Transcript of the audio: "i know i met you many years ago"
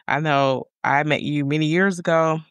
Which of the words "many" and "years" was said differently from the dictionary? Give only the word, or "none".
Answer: none